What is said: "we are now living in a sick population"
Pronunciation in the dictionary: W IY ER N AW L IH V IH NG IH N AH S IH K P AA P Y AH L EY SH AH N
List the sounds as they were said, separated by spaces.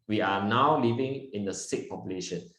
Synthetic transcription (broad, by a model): W IY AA N AW L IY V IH NG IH N AH S IH K P AA P Y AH L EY SH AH N